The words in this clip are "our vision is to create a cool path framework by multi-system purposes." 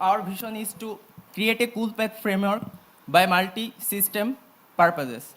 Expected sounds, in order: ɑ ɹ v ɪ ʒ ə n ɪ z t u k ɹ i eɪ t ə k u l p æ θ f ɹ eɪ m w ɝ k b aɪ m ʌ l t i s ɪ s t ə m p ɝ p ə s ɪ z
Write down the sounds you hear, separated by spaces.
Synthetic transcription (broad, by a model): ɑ ɹ b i ʃ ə n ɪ s t u k ɹ i eɪ t ə k u l p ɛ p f ɹ eɪ m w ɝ k b aɪ m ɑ l t i s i s t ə m p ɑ p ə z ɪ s